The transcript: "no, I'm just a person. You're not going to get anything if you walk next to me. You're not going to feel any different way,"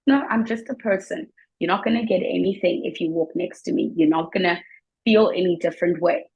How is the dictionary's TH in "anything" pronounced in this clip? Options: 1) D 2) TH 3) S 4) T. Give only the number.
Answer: 2